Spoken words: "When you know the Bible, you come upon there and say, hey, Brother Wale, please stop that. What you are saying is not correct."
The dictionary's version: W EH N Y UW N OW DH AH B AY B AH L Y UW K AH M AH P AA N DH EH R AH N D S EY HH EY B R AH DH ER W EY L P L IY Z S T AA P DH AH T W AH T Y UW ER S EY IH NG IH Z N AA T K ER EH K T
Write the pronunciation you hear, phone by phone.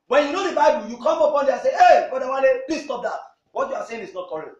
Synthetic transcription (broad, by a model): W EH N Y UW N OW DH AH B AY B AH L Y UW K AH M AH P AA N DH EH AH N S EY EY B AH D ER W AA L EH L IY S T AA P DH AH T W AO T Y UW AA S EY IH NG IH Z N AA T K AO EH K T